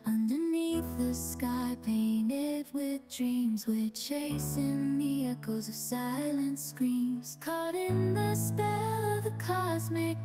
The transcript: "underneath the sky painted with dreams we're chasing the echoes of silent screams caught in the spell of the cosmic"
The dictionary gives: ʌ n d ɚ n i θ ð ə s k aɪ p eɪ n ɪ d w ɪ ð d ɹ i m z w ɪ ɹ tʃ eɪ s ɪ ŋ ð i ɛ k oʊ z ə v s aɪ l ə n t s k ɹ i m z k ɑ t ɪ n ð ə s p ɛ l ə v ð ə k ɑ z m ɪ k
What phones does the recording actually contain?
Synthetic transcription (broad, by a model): ʌ n d ɚ n i θ ð ə s k aɪ p eɪ n ɪ d w ɪ ð d ɹ i m z w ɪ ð tʃ eɪ s ɪ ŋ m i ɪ k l z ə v s aɪ l ə n t s k ɹ i m z k ɑ t ɪ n ð ə s p ɛ l ə v ð ə k ɑ z m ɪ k